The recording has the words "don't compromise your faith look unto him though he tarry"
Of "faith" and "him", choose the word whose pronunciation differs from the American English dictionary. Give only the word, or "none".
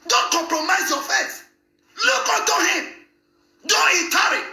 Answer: faith